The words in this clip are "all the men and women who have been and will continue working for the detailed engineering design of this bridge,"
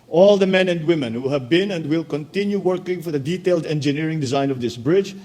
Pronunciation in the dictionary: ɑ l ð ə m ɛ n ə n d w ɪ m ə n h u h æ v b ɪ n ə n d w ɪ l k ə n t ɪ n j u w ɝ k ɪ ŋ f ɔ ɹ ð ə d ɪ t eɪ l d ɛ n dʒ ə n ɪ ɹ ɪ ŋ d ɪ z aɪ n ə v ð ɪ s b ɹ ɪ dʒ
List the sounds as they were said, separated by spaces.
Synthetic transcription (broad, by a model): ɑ l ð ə m ɛ n ə n d w ɪ m ə n h u h æ v b ɪ n ə n d w ɪ l k ə n t ɪ n j u w ɝ k ɪ ŋ f ɔ ɹ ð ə d ɪ t eɪ l d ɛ n dʒ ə n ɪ ɹ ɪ ŋ d ɪ z aɪ n ə v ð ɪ s b ɹ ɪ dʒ